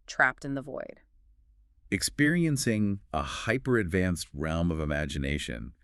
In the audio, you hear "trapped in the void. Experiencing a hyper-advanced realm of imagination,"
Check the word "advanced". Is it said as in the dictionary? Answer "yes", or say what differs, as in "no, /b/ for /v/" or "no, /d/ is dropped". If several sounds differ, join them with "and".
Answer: yes